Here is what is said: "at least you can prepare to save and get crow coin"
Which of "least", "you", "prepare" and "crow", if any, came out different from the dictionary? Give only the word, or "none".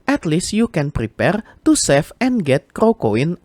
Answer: none